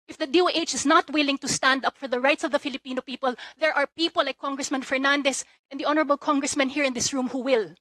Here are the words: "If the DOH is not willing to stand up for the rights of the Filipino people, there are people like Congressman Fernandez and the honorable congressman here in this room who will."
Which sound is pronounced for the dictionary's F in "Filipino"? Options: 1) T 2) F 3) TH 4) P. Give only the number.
2